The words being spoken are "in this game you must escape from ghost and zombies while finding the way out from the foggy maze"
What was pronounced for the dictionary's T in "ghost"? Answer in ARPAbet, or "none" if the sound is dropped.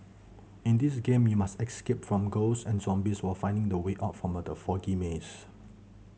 none